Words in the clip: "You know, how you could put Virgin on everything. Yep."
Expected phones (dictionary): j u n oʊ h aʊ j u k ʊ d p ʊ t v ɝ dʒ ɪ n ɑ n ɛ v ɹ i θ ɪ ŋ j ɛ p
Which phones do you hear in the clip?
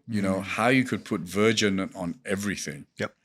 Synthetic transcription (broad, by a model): j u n oʊ h aʊ j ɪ k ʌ d p ʊ t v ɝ dʒ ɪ n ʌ n ɛ v ɹ i θ ɪ ŋ j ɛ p